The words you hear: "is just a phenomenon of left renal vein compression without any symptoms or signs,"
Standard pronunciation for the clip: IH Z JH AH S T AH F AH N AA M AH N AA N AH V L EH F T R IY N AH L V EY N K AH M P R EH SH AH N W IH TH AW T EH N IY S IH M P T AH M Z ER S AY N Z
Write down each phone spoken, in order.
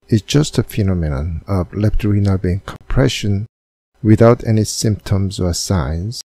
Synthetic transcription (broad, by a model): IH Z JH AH S T AH F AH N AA M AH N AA N AH V L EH P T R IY N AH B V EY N K AH M P R EH SH AH N W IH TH AW T EH N IY S IH M P T AH M Z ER S AY N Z